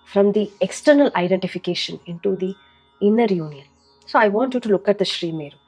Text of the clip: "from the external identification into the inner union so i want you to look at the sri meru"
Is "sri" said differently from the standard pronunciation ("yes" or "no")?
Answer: no